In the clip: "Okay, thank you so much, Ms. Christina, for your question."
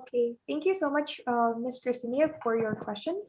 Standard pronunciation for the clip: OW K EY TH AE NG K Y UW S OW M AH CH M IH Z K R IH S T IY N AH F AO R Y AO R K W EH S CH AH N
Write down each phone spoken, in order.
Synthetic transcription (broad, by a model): K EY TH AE NG K Y UW S OW M AH CH M IH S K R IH S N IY AH F AO R Y AO R K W EH S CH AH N